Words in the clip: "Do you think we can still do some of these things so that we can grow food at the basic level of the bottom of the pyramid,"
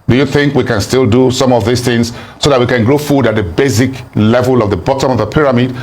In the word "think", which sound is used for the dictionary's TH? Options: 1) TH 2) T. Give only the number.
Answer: 1